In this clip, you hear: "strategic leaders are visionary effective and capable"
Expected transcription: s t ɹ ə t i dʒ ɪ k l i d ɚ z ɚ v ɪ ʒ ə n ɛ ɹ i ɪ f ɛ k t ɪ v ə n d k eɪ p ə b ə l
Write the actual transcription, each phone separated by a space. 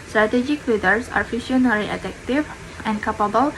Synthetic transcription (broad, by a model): s t ɹ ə t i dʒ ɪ k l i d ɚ s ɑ f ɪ ʃ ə n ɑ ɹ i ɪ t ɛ k t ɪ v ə n k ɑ p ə b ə l